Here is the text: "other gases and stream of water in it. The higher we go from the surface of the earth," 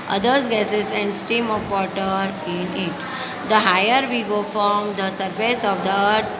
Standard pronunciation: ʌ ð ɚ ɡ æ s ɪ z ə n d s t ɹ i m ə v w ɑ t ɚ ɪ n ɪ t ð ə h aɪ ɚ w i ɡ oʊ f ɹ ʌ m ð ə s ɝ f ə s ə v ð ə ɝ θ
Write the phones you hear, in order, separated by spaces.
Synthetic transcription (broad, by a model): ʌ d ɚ ɡ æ s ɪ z ə n d s t i m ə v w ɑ t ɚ ɪ n ɪ t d ə h aɪ ɚ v i ɡ oʊ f ɹ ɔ m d ə s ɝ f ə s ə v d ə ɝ